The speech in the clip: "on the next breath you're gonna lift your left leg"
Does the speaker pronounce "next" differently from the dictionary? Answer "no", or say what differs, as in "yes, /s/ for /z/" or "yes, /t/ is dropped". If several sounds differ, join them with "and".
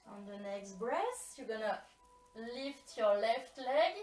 no